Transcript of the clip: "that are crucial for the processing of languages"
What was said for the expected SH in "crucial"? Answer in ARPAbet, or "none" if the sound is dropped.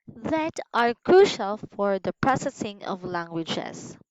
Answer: SH